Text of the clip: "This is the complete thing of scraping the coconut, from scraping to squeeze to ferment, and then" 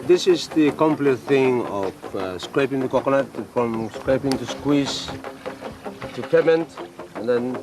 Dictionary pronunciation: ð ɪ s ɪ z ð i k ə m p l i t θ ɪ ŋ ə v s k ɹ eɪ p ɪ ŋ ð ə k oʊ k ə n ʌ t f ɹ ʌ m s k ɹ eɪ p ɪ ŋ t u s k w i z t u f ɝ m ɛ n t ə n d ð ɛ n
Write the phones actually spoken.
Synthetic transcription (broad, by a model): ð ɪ s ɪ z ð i k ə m p l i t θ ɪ ŋ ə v s k ɹ eɪ p ɪ ŋ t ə k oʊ k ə l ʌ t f ɹ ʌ m s k ɹ eɪ p ɪ ŋ t u s k w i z t u p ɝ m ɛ n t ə n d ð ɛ n